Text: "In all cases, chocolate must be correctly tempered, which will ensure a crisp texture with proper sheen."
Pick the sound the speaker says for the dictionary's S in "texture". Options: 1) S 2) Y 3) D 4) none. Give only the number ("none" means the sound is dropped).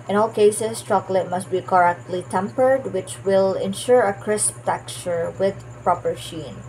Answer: 4